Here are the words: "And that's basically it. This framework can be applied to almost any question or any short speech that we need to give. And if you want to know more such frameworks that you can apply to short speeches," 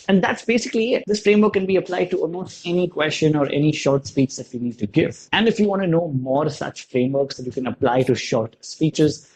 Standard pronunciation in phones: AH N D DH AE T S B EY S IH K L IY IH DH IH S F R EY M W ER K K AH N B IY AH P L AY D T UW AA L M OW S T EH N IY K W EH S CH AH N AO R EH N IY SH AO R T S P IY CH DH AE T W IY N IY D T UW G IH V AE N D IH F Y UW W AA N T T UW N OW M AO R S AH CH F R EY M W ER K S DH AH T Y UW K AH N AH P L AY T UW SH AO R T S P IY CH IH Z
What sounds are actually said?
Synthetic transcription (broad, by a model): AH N D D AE T S B EY S IH K L IY IH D IH S F R EY M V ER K K AH N B IY AH P L AY D T UW AA L M OW S T EH N IY K W EH S CH AH N AO R EH N IY SH AO R T S P IY CH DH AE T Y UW N IY D T UW G IH V AE N D IH F Y UW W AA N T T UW N OW M AO R S AH CH F R EY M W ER K S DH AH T Y UW K AH N AH P L AY T UW SH AO R T S P IY CH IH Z